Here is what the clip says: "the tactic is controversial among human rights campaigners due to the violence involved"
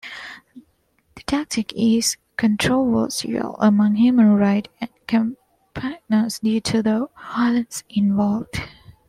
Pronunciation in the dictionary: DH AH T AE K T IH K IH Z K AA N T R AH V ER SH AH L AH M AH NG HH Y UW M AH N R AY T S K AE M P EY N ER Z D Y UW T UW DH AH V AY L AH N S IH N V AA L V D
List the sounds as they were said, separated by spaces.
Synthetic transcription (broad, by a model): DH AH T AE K T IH K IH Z K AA N T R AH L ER S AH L AH M AH NG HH Y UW M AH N R AY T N K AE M P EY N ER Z D Y UW T UW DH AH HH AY L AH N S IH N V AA L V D